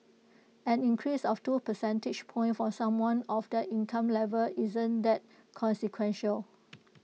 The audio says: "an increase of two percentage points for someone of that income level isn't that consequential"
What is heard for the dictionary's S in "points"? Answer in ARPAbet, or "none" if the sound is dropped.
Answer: none